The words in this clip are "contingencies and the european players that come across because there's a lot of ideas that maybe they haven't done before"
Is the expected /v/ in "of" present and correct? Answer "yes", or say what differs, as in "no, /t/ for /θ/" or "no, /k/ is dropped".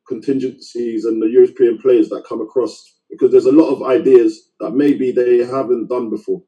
yes